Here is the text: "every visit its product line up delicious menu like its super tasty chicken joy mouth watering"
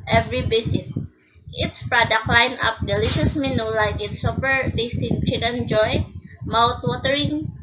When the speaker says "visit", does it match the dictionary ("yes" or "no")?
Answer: no